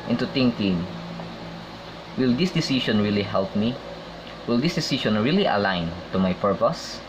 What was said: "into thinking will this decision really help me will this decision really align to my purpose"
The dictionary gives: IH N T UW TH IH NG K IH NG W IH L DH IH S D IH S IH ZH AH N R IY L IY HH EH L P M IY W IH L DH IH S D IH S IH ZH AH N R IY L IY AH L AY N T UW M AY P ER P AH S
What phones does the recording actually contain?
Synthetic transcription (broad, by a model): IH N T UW T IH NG K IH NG W IH L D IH S D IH S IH SH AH N R IY L IY HH EH L P M IY W IH L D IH S D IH S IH SH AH N R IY L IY AH L AY N T UW M AY P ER P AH S